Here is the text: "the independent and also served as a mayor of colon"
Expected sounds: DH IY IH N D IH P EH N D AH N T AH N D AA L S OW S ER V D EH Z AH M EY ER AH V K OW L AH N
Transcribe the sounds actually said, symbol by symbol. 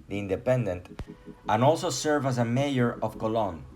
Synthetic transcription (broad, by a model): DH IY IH N D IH P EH N D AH N T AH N AA L S OW S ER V AA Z AH M EY ER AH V K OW L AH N